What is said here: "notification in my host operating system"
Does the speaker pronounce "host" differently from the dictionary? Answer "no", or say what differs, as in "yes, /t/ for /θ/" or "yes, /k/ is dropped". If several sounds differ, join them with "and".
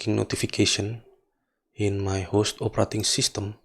no